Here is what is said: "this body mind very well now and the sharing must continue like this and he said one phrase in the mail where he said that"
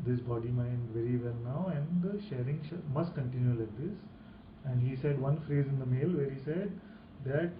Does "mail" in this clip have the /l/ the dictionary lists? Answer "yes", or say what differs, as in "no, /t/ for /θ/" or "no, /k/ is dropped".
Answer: yes